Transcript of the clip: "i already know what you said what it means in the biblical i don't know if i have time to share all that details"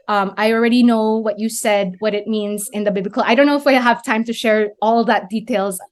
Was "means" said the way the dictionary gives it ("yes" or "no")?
yes